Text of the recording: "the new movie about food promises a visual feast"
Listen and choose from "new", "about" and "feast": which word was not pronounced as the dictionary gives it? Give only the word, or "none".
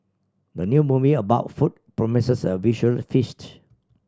none